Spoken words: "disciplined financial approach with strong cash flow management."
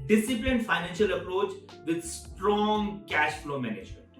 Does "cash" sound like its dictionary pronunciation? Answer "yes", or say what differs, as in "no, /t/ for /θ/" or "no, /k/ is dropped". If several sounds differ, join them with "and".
yes